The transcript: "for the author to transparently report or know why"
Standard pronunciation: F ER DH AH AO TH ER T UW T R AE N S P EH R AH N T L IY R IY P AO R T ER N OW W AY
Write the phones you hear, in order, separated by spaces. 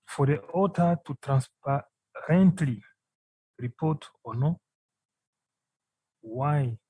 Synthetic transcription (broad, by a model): F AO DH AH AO T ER T UW T R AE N S P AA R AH N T L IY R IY P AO T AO N OW W AY